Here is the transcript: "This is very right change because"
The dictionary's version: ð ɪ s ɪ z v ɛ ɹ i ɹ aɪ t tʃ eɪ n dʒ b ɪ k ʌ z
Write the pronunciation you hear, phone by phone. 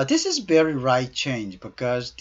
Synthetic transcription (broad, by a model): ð ɪ s ɪ z v ɛ ɹ i ɹ aɪ t tʃ eɪ n dʒ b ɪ k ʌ z